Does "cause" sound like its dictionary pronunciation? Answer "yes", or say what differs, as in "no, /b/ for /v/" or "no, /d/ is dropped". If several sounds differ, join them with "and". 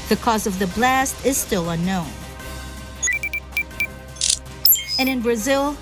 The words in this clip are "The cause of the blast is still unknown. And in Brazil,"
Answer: yes